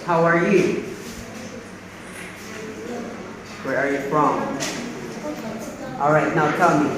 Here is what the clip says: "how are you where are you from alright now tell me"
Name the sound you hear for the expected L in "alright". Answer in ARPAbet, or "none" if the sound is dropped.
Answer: L